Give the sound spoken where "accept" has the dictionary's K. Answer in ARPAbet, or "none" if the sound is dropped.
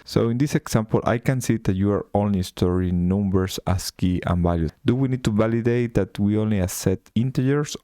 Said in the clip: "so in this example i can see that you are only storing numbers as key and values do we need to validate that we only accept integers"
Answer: none